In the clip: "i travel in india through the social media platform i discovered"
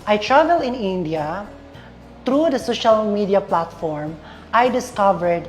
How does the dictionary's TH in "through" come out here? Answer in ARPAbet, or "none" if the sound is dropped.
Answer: T